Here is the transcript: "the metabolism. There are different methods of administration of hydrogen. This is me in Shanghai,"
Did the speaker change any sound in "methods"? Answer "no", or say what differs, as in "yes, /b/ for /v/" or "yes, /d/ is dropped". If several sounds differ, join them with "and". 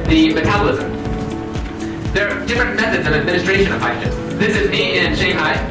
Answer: no